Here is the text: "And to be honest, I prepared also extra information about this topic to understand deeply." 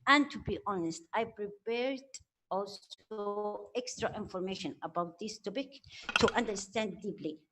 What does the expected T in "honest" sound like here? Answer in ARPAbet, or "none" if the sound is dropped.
T